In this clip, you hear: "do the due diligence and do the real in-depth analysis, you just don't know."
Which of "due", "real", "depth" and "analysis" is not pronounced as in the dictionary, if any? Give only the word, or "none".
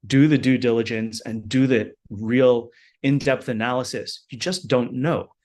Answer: none